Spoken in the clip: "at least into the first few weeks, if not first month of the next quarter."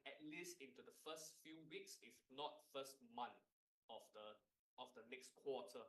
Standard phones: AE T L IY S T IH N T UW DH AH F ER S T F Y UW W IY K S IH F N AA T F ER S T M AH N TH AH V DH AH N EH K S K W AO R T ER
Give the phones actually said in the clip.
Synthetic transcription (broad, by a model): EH T L IY S T IH N T UW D AH F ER S T F Y UW W IY K S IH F N AA T F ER S T M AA N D AH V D AH N EH K S K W AO T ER